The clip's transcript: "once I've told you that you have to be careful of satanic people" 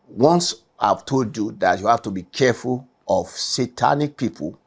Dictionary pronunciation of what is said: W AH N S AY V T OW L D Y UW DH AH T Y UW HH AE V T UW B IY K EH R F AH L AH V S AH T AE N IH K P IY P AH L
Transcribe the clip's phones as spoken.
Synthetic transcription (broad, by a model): W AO N S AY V T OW D Y UW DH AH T Y UW HH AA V T UW B IY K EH F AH L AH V S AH T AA N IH K P IY P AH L